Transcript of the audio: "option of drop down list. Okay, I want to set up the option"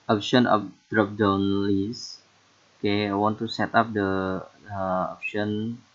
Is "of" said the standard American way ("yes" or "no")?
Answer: no